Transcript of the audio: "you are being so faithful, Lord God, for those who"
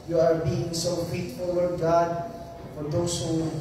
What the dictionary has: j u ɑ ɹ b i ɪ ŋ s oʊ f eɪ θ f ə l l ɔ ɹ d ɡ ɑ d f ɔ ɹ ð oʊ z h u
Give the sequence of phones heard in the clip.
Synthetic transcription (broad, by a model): j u ɑ ɹ b i ɪ ŋ s oʊ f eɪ t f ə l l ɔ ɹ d ɡ ɑ d f ɔ ɹ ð oʊ s h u